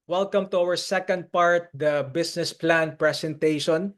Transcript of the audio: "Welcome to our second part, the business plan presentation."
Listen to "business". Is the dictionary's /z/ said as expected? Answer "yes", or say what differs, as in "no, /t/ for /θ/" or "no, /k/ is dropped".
no, /s/ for /z/